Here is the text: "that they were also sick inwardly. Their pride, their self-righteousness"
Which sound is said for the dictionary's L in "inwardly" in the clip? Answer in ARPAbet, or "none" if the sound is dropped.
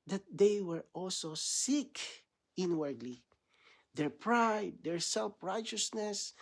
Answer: L